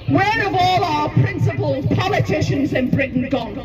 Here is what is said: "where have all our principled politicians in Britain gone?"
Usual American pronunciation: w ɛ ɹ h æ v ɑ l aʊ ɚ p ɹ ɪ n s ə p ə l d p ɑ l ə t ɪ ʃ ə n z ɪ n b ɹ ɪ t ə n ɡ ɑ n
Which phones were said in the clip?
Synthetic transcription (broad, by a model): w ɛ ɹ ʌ v ɑ l aʊ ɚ p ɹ ɪ n s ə p ə l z p ɑ l ə t ɪ ʃ ə n z ɪ n b ɹ ɪ t n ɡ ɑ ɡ